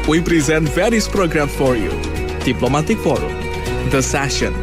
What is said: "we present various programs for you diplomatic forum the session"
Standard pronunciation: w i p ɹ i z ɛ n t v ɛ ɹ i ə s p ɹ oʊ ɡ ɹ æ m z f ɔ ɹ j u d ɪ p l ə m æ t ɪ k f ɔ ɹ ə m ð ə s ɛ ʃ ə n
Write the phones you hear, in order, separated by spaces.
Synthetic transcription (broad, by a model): w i p ɹ i z ɛ n t v ɛ ɹ i ə s p ɹ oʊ ɡ ɹ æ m f ɔ ɹ j u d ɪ p l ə m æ t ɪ k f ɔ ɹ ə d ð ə s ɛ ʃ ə n